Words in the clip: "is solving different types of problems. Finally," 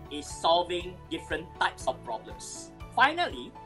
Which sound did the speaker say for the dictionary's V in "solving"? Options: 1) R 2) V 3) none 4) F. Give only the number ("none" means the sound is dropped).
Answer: 2